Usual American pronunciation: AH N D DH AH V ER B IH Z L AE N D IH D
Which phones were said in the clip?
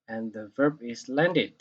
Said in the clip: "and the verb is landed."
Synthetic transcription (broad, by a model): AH N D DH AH V ER B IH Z L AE N D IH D